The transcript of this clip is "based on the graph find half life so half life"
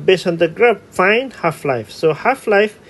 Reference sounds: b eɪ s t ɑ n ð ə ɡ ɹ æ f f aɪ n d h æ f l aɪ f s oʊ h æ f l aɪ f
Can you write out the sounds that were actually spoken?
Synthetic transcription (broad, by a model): b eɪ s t ɑ n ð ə ɡ ɹ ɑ p f aɪ n d h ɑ f l aɪ f s oʊ h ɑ f l aɪ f